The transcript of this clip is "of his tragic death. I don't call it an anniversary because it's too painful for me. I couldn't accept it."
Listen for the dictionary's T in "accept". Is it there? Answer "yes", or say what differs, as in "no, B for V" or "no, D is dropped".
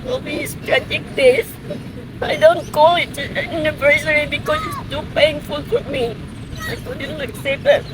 no, T is dropped